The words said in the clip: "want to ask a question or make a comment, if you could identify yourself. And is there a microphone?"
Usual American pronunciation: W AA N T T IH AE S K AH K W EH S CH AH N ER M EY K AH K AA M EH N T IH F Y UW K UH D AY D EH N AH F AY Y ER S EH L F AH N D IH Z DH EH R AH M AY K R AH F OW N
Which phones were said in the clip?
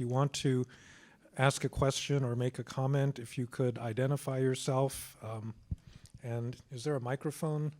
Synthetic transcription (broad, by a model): W AA N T T IH AE S K AH K W EH S CH AH N ER M EY K AH K AA M EH N T IH F Y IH K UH D AY D EH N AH F AY Y ER S EH L F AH N IH Z DH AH R AH M AY K R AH F OW N